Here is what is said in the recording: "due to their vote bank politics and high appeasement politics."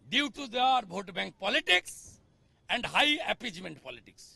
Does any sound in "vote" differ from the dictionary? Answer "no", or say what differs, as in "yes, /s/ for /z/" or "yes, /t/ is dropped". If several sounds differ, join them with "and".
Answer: yes, /b/ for /v/